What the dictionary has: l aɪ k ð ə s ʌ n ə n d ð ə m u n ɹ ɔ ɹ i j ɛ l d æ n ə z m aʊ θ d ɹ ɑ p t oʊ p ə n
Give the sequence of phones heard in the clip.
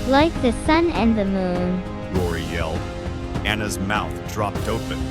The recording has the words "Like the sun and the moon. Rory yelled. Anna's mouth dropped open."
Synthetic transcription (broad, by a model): l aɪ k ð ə s ʌ n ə n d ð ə m u n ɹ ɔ ɹ i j ɛ l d æ n ə z m aʊ θ d ɹ ɑ p t oʊ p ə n